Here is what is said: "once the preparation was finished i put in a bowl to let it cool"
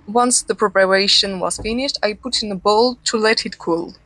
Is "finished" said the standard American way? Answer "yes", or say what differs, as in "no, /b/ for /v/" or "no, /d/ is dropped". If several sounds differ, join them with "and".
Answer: yes